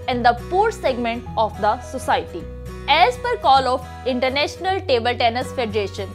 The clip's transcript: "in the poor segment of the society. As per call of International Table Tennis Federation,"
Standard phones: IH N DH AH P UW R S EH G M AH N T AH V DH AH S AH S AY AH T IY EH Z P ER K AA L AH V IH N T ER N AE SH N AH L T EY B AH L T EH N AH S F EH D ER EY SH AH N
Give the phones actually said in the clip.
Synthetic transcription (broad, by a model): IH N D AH P UW R S EH G M AH N T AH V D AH S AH S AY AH T IY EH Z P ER K AA L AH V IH N T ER N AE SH N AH L T EY B AH L T EH N AH S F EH D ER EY SH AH N